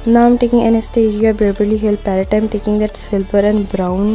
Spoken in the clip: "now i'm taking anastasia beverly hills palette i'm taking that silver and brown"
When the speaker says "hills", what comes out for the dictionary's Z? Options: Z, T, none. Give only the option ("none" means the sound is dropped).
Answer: none